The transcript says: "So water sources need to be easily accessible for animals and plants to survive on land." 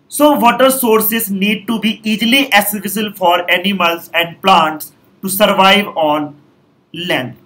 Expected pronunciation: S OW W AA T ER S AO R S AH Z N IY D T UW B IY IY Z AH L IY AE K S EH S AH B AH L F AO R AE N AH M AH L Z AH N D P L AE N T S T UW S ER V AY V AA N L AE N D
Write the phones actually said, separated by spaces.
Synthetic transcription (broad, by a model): S OW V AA T ER S AO R S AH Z N IY D T UW B IY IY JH L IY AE S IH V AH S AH L F AO R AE N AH M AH L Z AH N D P L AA N T S T UW S ER V AY V AA N L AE N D